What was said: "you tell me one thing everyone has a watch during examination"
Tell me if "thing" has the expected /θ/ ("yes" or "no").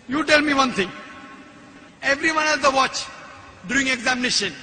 no